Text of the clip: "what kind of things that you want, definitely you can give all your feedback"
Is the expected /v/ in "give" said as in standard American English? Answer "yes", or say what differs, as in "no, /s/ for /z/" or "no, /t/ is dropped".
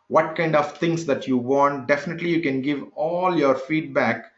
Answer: yes